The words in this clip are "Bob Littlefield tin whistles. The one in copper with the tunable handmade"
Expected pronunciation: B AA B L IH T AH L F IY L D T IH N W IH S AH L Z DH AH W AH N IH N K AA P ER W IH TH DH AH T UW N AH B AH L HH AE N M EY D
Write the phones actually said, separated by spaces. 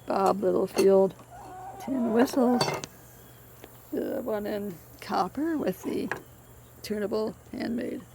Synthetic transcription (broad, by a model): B AA B L IH T L F IY L D T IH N W IH S L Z DH AH W AH N IH N K AA P ER W IH DH AH T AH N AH B L HH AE N M EY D